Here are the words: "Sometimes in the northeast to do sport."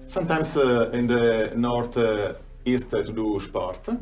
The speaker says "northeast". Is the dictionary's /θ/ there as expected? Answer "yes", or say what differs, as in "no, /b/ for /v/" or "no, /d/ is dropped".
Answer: no, /t/ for /θ/